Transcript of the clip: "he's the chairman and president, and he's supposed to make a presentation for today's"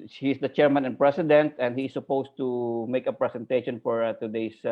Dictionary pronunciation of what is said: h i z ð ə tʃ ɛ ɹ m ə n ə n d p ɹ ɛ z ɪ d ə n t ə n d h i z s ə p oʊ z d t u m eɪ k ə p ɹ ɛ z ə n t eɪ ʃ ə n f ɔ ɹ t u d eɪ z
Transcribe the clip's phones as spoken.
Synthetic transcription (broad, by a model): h i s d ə tʃ ɛ ɹ m ə n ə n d p ɹ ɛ s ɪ d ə n t ə n d h i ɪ s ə p oʊ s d t u m eɪ k ə p ɹ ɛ s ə n t eɪ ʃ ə n f ɔ ɹ t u d eɪ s